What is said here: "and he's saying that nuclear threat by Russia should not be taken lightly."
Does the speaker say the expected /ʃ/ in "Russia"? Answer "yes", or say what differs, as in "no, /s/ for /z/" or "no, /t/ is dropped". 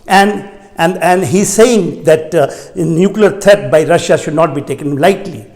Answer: yes